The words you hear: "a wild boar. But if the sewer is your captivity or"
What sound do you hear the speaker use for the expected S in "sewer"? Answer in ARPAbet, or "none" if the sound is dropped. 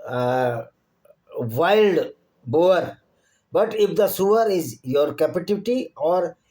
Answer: S